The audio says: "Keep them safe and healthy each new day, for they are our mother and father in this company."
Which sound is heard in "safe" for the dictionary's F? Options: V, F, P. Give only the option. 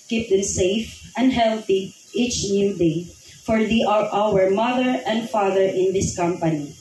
F